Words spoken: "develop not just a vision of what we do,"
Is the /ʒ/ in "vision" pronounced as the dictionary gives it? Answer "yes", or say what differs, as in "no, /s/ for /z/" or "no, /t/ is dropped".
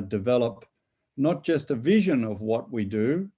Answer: yes